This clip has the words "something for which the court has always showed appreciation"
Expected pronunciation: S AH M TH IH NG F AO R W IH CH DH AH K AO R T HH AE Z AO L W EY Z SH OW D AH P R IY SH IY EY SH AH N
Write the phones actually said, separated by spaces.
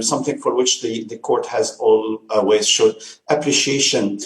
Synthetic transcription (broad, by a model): S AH M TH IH NG F AO R W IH CH DH AH K AO R T HH AE Z AO L W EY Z SH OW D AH P R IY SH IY EY SH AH N